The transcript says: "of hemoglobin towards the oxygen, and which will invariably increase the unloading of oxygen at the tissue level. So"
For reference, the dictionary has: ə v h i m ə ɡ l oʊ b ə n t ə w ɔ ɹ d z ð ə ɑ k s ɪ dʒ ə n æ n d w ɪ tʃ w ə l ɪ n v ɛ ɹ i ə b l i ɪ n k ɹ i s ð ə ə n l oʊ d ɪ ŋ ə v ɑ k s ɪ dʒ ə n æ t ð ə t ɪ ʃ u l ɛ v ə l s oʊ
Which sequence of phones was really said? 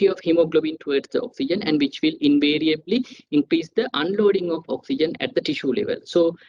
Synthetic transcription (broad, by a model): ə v h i m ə ɡ l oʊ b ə n t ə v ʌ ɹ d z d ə ɑ k s ɪ dʒ ə n æ n d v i tʃ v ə l ɪ n v ɛ ɹ i ə b l i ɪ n k ɹ i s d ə ə n l oʊ d ɪ ŋ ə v ɑ k s ɪ dʒ ə n æ t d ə t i ʃ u l ɛ v ə l s oʊ